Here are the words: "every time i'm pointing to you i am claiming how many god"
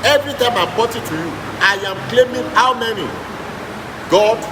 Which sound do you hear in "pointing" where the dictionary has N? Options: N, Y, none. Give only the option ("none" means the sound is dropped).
none